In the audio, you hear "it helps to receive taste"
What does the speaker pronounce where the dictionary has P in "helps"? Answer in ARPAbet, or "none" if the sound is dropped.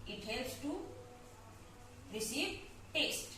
none